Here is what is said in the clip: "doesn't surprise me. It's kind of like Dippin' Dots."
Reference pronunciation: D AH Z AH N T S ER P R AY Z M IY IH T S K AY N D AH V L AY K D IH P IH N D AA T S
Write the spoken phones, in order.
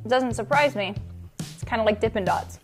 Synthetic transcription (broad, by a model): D AH Z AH N T S ER P R AY Z M IY IH T S K AY N D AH L AY K D IH P IH N D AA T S